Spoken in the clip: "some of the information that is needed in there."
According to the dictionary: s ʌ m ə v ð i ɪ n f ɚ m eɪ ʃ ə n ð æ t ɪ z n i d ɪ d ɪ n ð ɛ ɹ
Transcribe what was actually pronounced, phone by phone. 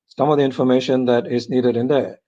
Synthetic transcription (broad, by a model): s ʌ m ə v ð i ɪ n f ɚ m eɪ ʃ ə n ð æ t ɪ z n i d ɪ d ɪ n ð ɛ